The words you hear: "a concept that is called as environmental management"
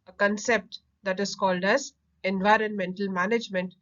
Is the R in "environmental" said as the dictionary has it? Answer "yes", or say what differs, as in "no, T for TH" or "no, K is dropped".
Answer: yes